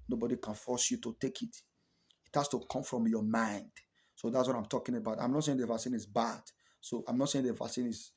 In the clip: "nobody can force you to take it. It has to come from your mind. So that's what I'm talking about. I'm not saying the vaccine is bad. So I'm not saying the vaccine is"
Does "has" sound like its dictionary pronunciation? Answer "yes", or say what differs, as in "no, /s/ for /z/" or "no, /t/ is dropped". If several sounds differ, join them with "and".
no, /s/ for /z/